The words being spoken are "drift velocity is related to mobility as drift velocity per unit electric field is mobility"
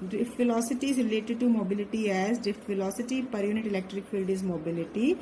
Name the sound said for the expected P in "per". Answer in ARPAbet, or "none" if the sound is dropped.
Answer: P